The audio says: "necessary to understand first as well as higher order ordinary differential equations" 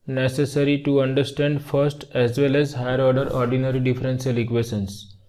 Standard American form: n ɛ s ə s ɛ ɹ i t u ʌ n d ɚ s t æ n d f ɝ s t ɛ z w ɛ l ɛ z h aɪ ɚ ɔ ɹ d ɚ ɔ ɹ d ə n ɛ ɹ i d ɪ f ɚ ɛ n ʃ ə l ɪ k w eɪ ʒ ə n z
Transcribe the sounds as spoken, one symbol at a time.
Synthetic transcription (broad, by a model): n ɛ s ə s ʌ ɹ i t u ʌ n d ɚ s t æ n d f ɝ s t ɛ z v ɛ l ɛ z h aɪ ɚ ɔ ɹ d ɚ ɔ ɹ d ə n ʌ ɹ i d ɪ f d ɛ n s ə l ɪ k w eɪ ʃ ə n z